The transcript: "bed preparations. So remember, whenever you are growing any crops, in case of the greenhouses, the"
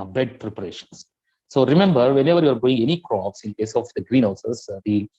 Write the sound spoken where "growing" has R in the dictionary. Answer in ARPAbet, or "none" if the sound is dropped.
none